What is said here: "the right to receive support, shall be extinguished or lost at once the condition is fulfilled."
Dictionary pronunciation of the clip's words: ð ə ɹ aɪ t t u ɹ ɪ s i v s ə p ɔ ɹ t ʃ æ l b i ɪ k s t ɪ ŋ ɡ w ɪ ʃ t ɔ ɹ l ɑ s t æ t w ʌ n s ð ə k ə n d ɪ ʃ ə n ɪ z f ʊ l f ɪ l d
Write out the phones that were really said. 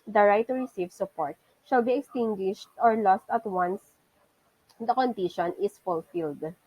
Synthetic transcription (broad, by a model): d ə ɹ aɪ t t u ɹ ɪ s i v s ə p ɔ ɹ t ʃ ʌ l b i ɪ k s t ɪ ŋ ɡ w ɪ ʃ t ɔ ɹ l ɑ s t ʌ t w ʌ n s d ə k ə n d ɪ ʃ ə n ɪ s f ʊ l f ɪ l d